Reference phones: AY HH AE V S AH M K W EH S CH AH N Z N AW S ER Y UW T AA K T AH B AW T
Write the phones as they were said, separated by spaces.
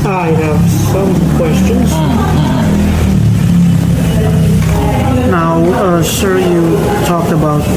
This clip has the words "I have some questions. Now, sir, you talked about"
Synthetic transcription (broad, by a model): AY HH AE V S AH M K W EH S CH AH N Z N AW SH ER Y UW T AA K T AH B AW T